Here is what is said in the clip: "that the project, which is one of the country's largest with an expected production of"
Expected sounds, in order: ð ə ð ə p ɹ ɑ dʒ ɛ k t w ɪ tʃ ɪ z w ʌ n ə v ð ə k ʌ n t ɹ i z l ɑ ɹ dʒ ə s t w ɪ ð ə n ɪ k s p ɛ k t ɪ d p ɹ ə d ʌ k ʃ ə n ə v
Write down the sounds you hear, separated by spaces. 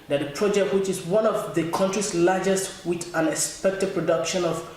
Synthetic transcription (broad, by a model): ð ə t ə p ɹ ɑ dʒ ɛ k t w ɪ tʃ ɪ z w ʌ n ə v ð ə k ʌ n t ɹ i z l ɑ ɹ dʒ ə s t w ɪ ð ə n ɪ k s p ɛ k t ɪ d p ɹ ə d ʌ k ʃ ə n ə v